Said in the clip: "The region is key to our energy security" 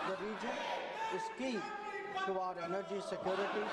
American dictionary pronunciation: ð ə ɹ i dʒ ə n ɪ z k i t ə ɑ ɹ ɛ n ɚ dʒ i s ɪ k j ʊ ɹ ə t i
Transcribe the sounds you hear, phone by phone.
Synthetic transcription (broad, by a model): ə ɹ i dʒ ə n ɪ s k i s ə ɑ ɹ ɛ n ɚ dʒ i s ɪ k j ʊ ɹ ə t i